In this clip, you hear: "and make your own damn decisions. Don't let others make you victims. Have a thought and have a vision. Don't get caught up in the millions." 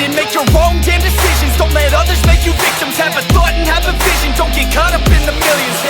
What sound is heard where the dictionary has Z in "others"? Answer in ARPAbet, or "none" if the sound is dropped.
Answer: Z